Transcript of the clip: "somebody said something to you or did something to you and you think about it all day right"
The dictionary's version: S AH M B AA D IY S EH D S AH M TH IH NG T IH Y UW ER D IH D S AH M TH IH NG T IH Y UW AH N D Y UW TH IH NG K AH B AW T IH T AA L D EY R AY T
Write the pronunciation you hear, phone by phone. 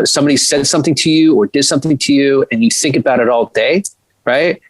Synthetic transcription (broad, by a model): S AH M B AA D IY S EH D S AH M TH IH NG T IH Y UW ER D IH D S AH M TH IH NG T IH Y UW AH N Y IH TH IH NG K AH B AW T IH T AA L D EY R AY T